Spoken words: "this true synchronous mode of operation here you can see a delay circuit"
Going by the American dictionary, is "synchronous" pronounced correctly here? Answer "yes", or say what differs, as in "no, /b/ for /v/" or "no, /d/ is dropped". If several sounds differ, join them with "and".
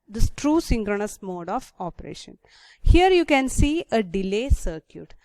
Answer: yes